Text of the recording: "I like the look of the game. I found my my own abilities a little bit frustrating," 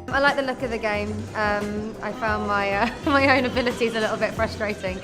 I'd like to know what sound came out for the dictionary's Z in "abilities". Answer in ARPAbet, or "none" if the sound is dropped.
Z